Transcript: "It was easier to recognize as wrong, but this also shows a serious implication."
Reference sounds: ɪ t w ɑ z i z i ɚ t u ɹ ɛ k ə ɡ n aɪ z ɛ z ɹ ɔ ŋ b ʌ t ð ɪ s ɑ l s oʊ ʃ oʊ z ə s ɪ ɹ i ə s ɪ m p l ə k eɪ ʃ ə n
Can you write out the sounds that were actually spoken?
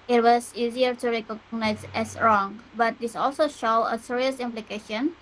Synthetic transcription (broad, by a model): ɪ t w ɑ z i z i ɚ t u ɹ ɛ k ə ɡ n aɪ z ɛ s ɹ ɔ ŋ b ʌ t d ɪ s ɑ l s oʊ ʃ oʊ ə s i ɹ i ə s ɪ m p l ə k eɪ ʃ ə n